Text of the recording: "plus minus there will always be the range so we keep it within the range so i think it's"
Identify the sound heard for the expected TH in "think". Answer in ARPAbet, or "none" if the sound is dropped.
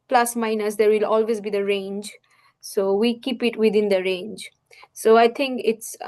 T